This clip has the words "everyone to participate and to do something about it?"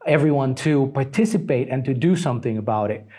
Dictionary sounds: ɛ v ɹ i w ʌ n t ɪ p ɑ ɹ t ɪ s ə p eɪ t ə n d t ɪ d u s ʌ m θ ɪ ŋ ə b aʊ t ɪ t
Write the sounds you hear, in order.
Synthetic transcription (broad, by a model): ɛ v ɹ i w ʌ n t ɪ p ɑ ɹ t ɪ s ə p eɪ t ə n t ɪ d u s ʌ m θ ɪ ŋ ə b aʊ t ɪ t